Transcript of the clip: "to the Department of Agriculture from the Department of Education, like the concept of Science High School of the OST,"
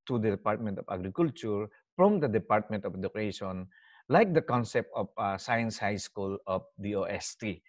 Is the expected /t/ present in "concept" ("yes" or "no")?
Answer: yes